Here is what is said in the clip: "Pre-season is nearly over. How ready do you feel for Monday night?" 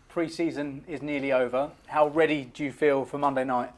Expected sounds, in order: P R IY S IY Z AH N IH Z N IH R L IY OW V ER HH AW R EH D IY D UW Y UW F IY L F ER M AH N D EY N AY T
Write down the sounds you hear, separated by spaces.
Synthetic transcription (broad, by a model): P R IY S IY Z AH N IH Z N IH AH L IY OW V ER HH AW R EH D IY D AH Y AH F IY L F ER M AH N D EY N AY T